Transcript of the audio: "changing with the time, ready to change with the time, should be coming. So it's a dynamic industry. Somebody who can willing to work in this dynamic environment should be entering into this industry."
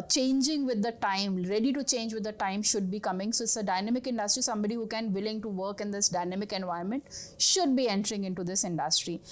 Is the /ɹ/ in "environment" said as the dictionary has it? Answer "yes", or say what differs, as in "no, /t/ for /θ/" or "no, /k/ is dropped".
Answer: no, /ɹ/ is dropped